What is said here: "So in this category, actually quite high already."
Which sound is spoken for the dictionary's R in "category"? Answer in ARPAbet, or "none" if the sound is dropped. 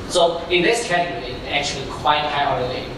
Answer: none